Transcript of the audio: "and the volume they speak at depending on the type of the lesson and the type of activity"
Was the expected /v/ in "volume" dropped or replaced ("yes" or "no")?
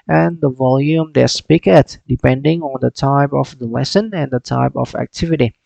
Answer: no